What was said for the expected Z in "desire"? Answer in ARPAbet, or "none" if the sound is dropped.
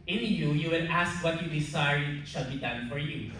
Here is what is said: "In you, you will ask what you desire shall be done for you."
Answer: S